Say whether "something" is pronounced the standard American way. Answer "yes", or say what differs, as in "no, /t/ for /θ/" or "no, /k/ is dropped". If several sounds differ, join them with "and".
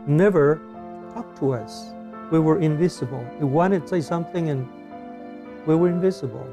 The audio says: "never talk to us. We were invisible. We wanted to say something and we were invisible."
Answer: yes